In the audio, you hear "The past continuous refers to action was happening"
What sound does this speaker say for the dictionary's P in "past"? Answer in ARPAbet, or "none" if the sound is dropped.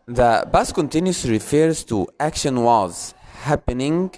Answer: B